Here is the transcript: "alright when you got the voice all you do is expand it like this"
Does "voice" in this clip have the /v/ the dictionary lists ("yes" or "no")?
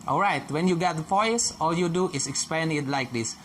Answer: no